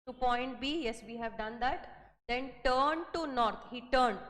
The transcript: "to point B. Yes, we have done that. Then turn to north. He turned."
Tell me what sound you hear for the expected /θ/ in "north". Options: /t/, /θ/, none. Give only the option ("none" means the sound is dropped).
/t/